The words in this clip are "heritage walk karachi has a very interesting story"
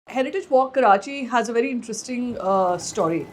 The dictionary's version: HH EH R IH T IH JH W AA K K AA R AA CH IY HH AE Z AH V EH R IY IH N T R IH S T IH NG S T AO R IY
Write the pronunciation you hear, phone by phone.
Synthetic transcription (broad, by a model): HH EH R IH T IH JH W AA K K AA R AA CH IY HH AE Z AH V EH R IY IH N T R IH S T IH NG S T AO R IY